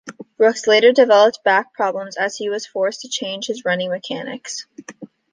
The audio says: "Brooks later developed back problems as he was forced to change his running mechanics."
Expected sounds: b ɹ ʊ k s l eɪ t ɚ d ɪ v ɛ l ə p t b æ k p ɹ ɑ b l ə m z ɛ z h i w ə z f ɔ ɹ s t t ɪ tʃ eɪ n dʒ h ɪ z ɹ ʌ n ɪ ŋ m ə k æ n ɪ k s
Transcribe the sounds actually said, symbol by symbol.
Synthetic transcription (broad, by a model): b ɹ ʊ k s l eɪ t ɚ d ɪ v ɛ l ə p t b æ k p ɹ ɑ b l ə m z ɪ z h i w ə z f ɔ ɹ s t t ɪ tʃ eɪ n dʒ h ɪ z ɹ ʌ n ɪ ŋ m ə k æ n ɪ k s